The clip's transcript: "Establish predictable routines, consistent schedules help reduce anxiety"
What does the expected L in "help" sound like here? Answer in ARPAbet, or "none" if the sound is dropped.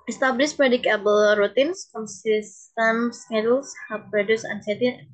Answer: none